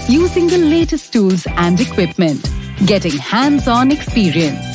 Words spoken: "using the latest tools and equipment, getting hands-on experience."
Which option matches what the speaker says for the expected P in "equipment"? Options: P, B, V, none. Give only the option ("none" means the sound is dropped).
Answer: P